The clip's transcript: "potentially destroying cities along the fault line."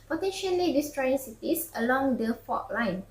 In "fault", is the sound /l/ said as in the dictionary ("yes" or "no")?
no